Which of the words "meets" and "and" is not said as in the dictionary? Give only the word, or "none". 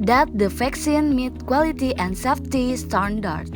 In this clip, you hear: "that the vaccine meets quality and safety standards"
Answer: meets